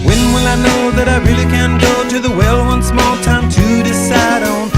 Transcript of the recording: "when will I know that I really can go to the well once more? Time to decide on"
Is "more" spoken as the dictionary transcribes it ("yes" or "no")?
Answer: no